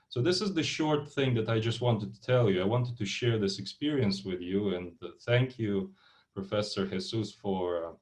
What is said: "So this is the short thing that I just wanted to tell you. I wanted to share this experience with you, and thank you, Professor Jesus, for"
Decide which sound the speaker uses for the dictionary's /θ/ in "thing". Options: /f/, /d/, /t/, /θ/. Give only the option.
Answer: /θ/